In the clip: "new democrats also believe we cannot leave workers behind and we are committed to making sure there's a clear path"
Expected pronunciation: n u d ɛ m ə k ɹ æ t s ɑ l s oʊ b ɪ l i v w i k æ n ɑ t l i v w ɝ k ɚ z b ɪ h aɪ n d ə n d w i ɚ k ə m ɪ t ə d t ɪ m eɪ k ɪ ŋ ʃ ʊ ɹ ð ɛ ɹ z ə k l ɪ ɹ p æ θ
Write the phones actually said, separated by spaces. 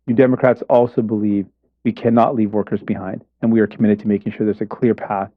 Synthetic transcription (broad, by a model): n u d ɛ m ə k ɹ æ t s ɑ l s oʊ b ɪ l i v w i k æ n ɑ t l i v w ɝ k ɚ z b ɪ h aɪ n d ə n w i ɚ k ə m ɪ t ə d t ɪ m eɪ k ɪ ŋ ʃ ʊ ɹ ð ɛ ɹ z ə k l ɪ ɹ p æ θ